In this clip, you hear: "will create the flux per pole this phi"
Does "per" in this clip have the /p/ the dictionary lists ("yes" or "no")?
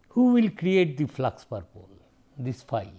yes